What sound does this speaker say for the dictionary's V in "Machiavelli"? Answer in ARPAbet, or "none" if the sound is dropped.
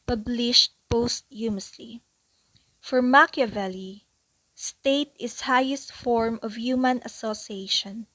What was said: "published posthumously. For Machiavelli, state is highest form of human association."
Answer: V